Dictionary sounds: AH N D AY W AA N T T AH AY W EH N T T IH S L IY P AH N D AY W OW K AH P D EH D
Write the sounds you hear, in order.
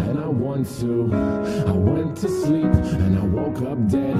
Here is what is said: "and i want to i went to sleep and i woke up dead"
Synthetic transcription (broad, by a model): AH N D AY W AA N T T AH AY W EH N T T IH S L IY P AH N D AY W OW K AH P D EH